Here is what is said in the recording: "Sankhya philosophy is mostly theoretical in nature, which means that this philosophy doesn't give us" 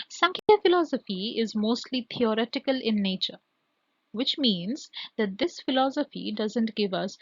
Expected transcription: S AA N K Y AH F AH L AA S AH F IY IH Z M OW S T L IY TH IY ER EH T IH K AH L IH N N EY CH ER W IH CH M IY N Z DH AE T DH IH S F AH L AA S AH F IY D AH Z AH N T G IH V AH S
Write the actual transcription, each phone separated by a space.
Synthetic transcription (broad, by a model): S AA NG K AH F AH L AA S AH F IY IH Z M OW S T L IY T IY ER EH T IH K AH L IH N N EY CH ER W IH CH M IY N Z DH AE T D IH S F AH L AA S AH F IY D AH Z AH N T G IH V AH S